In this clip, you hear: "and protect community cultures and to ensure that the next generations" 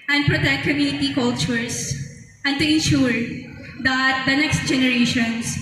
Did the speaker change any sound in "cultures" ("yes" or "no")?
yes